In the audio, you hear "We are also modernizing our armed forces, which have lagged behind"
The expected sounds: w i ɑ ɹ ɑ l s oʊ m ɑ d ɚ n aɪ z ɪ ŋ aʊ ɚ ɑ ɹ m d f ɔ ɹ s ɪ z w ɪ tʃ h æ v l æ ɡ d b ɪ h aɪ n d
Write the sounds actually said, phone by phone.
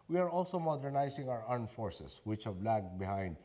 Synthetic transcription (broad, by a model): w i ɑ ɹ ɑ l s oʊ m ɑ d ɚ n aɪ s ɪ ŋ aʊ ɚ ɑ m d f ɔ ɹ s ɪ s w ɪ tʃ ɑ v l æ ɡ b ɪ h aɪ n d